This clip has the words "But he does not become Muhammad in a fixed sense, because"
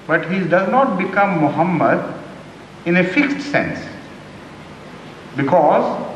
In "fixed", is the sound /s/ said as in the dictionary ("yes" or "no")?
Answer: yes